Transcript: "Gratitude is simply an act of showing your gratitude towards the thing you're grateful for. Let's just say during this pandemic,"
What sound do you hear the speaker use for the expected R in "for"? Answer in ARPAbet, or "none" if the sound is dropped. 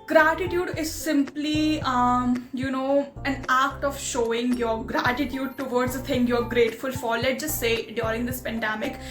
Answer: L